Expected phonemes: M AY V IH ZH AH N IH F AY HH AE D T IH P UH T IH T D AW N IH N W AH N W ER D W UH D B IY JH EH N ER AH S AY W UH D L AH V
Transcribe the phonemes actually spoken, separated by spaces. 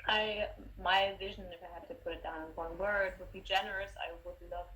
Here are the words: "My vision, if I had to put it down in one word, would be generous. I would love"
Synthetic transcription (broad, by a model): M AY V IH ZH AH N IH F AY HH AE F T IH P UH T IH T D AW IH N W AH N W ER D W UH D B IY JH EH N ER AH S AY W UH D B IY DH